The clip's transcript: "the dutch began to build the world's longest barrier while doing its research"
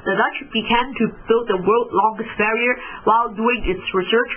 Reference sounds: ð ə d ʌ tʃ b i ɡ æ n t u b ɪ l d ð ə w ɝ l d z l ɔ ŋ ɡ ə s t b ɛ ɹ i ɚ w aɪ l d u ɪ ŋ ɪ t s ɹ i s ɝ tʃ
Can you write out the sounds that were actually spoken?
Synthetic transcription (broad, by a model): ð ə d ʌ tʃ b i ɡ æ n t u b ɪ l d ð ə w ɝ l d l ɔ ŋ ɡ ə s t b ɛ ɹ i ɚ w aɪ l d u ɪ ŋ ɪ t s ɹ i s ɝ tʃ